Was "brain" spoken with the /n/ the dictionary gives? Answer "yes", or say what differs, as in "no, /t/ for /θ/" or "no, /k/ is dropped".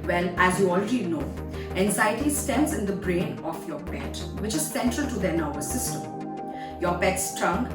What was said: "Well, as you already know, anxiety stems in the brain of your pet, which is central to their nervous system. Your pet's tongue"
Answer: yes